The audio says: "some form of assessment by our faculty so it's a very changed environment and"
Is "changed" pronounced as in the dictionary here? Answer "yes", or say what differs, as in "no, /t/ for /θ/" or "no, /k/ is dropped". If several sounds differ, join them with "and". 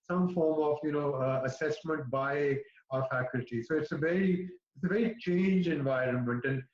no, /d/ is dropped